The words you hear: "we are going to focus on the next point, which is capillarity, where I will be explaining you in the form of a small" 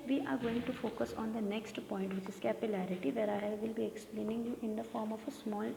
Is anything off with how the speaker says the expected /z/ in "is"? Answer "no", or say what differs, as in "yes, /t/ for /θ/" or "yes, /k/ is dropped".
yes, /s/ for /z/